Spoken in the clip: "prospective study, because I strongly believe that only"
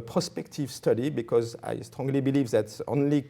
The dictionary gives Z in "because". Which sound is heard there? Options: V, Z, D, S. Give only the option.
Z